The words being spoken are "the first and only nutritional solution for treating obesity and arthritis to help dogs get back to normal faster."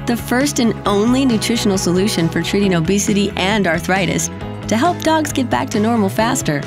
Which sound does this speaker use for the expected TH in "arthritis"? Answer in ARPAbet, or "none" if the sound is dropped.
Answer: TH